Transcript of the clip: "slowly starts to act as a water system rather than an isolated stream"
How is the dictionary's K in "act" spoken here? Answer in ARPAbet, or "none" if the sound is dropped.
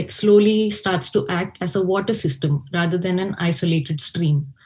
K